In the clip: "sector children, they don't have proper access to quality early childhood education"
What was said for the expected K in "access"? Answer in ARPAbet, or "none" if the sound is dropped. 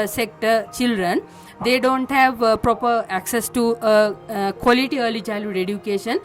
K